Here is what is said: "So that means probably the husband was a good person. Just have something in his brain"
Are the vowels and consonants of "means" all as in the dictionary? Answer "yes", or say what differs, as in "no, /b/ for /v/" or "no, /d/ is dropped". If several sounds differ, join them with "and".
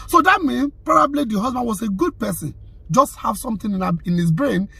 no, /z/ is dropped